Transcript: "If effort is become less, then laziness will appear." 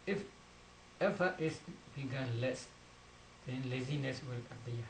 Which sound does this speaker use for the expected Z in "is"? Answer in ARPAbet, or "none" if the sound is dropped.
S